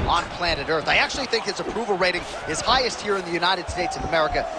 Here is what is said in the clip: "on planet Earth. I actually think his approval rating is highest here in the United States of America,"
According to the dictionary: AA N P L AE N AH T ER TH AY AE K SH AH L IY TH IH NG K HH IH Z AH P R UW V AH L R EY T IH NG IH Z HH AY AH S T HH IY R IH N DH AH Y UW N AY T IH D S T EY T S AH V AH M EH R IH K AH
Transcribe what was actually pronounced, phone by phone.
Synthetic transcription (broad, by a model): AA N P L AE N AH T ER TH AY AE K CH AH L IY TH IH NG K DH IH S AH P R UW V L R EY T IH NG IH Z HH AY AH S T HH IY R IH N DH AH Y UW N AY T IH D S T EY T S AH V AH M EH R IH K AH